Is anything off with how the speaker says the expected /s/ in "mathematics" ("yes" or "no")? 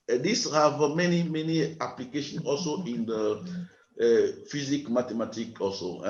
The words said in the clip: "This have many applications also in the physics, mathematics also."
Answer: yes